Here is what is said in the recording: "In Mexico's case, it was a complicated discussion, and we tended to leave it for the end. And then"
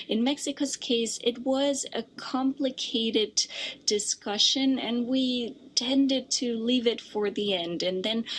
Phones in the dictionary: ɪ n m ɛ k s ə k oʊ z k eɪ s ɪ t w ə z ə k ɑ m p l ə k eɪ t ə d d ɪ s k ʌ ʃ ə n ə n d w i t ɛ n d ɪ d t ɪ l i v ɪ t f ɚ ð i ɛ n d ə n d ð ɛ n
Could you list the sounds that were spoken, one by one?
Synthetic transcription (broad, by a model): ɪ n m ɛ k s ə k oʊ z k eɪ s ɪ t w ə z ə k ɑ m p l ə k eɪ t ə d d ɪ s k ʌ ʃ ə n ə n w i t ɛ n d ɪ d t ɪ l i v ɪ t f ɚ ð i ɛ n d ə n ð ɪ n